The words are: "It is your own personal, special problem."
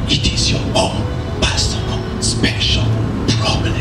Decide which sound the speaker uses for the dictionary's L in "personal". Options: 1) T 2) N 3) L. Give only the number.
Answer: 2